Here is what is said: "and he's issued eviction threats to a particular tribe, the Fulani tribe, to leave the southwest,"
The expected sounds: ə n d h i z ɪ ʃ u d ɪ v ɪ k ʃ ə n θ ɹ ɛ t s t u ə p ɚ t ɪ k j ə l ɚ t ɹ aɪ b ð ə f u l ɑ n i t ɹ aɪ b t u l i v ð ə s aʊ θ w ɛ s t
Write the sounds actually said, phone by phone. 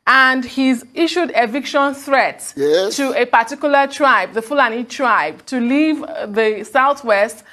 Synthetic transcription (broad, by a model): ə n d h i z ɪ ʃ u d ɪ v ɪ k ʃ ə n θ ɹ ɛ t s t u ə p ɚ t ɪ k j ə l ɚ t ɹ aɪ b ð ə f u l ɑ n i t ɹ aɪ b t u l i v ð ə s aʊ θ w ɛ s t